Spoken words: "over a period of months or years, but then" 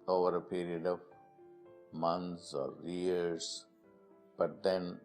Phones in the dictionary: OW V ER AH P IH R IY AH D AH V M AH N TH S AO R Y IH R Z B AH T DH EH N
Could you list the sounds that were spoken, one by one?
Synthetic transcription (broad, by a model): OW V ER AH P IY R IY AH D AH V M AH N T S AO R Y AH R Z B AH T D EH N